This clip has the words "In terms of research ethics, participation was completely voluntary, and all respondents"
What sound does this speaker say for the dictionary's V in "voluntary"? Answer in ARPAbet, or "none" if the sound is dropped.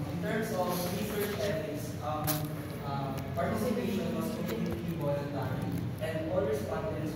W